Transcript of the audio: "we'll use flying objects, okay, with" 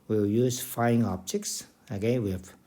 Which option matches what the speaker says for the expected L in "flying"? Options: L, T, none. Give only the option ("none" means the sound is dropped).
none